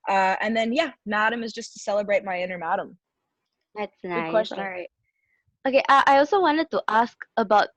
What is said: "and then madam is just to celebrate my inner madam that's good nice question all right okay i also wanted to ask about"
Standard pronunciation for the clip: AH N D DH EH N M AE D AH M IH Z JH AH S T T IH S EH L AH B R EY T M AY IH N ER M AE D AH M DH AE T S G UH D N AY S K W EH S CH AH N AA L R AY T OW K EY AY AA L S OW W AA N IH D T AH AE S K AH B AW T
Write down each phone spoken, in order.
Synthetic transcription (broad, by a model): AH N DH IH N M AE D AH M IH Z JH AH S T T IH S EH L AH B R EY T M AY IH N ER M AE D AH M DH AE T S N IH K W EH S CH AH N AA R AY T OW K EY AY AA L S OW W AA N IH D T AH AE S K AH B AW T